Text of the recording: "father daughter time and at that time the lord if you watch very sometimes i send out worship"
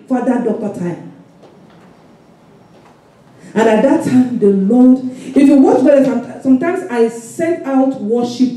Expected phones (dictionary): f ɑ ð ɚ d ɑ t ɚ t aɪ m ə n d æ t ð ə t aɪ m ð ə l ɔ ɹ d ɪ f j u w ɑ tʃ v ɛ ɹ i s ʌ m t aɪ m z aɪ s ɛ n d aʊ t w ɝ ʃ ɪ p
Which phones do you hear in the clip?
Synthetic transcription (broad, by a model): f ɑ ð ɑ d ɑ t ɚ t aɪ m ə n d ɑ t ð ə t aɪ m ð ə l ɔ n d ɪ f j u w ɑ tʃ b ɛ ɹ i s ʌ m t aɪ m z aɪ s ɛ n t aʊ t w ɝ ʃ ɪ p